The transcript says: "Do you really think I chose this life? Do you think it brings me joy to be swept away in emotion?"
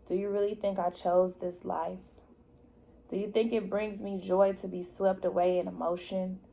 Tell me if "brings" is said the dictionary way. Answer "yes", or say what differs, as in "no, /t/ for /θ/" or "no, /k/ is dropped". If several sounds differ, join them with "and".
yes